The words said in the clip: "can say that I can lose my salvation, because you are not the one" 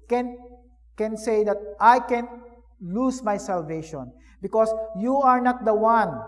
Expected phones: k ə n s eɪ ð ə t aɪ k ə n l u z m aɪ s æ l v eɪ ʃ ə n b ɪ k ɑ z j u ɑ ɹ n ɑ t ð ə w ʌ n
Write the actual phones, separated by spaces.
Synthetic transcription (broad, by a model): k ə n s eɪ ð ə t aɪ k ə n l u s m aɪ s æ l v eɪ ʃ ə n b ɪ k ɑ s j u ɑ ɹ n ɑ t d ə w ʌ n